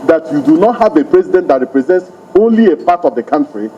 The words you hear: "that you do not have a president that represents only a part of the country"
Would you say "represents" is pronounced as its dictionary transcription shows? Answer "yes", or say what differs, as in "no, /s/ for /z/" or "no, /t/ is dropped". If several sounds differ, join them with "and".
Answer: yes